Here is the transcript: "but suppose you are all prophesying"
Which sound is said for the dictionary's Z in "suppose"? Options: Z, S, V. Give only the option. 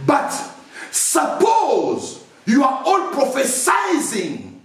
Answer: Z